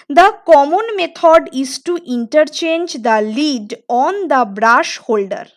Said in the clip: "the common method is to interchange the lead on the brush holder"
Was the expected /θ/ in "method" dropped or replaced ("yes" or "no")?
yes